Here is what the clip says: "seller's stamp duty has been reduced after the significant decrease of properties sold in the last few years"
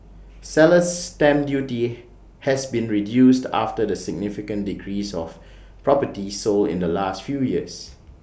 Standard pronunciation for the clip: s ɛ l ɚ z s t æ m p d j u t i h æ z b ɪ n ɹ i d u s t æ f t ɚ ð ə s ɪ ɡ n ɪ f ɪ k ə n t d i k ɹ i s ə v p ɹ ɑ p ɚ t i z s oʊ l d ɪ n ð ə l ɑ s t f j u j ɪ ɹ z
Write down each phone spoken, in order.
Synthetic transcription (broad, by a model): s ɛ l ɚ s t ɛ m d j u t i h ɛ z b ɪ n ɹ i d u s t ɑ f t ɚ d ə s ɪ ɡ n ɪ f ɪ k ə n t d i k ɹ i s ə f p ɹ ɑ p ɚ t i s oʊ l ɪ n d ə l ɑ s t f j u j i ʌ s